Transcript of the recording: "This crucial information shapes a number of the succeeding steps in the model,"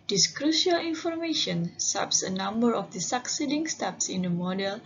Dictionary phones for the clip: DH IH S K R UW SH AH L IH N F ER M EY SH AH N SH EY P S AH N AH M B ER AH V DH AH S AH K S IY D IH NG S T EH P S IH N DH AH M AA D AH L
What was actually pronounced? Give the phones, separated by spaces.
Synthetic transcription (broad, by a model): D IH S K R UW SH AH L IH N F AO M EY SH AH N S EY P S AH N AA M B ER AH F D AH S AH K S IY D IH NG S T EH P S IH N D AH M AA D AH L